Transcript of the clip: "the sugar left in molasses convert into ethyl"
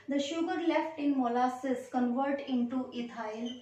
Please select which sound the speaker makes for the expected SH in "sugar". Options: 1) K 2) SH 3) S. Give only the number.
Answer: 2